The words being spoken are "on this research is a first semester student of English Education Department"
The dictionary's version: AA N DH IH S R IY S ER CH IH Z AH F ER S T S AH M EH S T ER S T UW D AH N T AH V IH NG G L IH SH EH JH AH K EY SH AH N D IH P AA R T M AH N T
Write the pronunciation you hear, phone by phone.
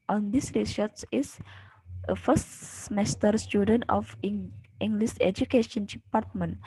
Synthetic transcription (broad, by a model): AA N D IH S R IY S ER S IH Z AH F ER S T S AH M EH S T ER S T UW D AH N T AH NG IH NG G L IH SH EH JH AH K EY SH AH N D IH P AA R T M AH N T